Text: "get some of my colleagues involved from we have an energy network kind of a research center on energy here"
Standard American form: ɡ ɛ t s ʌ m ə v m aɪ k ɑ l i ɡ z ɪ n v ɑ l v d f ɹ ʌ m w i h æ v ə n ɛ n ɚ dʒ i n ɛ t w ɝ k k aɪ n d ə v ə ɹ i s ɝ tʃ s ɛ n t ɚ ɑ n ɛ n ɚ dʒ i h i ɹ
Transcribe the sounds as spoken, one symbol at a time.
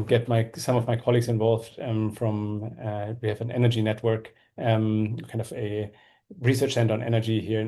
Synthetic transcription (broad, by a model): ɡ ɛ t s ʌ m ə v m aɪ k ɑ l i ɡ z ɪ n v ɑ l v d f ɹ ʌ m w i h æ v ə n ɛ n ɚ dʒ i n ɛ t w ɝ k k aɪ n d ə v ə ɹ i s ɝ tʃ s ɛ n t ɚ n ɛ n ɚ dʒ i h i ɹ